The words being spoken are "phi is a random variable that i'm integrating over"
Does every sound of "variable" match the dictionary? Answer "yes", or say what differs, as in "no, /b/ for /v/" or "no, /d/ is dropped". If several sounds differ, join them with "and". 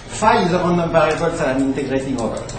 no, /p/ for /v/